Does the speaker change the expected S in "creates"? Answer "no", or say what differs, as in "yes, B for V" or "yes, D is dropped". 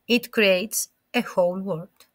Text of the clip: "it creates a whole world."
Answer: no